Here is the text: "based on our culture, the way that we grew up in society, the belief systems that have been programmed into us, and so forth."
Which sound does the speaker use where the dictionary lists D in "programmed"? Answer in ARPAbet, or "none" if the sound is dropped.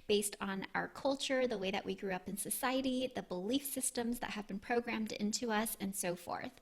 D